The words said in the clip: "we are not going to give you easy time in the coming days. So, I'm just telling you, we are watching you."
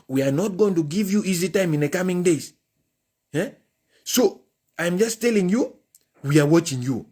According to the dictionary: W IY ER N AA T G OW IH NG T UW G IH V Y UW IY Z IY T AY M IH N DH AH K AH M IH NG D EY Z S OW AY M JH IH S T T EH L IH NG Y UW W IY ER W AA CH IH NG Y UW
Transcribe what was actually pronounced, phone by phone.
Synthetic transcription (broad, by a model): W IY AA N AA T G OW IH NG T UW G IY V Y UW IY Z IY T AY M IH N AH K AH M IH NG D EY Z S OW AY M JH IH S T T EH L IH NG Y UW W IY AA W AA CH IH NG Y UW